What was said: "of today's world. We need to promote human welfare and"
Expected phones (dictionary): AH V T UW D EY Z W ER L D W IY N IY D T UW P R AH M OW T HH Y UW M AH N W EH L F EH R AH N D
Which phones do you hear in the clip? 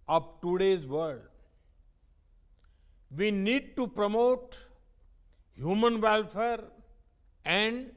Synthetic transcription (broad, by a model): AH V T UW D EY Z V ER D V IY N IY D T UW P R AH M OW T HH Y UW M AH N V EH L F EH R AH N D